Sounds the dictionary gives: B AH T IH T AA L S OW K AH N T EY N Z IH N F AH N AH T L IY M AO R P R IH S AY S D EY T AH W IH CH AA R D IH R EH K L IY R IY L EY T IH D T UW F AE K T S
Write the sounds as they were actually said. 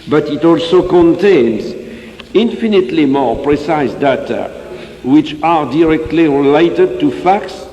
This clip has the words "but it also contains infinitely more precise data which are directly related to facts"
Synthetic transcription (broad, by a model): B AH T IH T AA L S OW K AH N T EY N Z IH N F AH N AH T L IY M AO R P R IH S AY S D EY T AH W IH CH AA R D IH R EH K L IY R IY L EY T IH D T UW F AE K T S